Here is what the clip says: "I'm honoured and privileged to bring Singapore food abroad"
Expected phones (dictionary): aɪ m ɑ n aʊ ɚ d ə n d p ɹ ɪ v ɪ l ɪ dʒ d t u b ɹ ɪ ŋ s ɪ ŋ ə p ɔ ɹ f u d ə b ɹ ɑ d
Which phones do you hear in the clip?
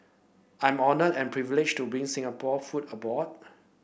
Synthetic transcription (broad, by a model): aɪ m ɑ n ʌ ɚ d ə n p ɹ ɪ v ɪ l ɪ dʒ t u b ɹ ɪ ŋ s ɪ ŋ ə p ɔ f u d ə b ɑ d